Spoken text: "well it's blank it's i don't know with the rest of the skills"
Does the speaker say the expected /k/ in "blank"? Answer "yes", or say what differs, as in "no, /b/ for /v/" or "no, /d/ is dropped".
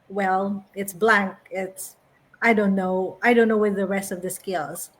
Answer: yes